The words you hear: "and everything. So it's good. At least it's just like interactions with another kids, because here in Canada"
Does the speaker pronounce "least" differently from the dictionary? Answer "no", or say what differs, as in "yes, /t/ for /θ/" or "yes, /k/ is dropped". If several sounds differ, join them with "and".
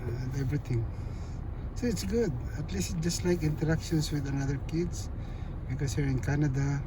yes, /t/ is dropped